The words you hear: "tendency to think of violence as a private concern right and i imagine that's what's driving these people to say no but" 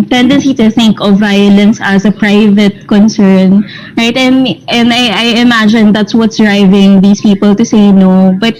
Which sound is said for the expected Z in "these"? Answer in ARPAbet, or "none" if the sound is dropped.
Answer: S